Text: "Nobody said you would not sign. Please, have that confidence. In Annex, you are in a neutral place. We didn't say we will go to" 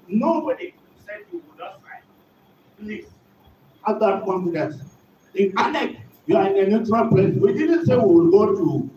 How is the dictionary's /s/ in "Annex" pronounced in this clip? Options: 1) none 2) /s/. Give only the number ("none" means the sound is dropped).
1